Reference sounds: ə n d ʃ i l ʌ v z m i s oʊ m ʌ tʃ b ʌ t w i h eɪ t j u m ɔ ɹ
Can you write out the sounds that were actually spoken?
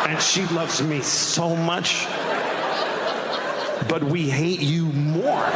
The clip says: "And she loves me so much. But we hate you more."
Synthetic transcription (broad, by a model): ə n ʃ i l ʌ v z m i s oʊ m ʌ tʃ b ʌ t w i h eɪ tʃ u m ɔ ɹ